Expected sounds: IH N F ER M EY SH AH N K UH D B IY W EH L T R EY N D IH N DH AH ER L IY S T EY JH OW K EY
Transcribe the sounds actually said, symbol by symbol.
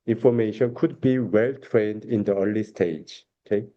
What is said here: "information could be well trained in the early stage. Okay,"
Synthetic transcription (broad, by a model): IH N F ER M EY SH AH N K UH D B IY W EH L T R EY N D IH N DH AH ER L IY S T EY JH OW K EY